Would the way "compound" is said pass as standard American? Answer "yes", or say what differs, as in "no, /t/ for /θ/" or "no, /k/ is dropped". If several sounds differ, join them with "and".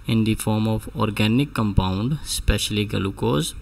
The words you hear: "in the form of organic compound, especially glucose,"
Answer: yes